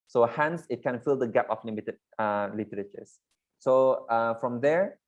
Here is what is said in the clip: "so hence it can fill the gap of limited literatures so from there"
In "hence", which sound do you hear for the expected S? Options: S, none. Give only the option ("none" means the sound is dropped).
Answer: S